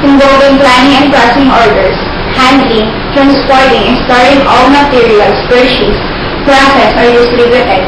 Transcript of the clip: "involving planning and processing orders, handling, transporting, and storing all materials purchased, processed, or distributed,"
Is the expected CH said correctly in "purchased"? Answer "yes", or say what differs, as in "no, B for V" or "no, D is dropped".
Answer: no, SH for CH